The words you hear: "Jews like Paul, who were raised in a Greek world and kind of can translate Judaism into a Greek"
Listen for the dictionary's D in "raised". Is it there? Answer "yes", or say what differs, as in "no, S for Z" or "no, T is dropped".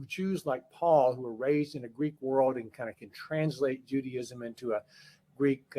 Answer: yes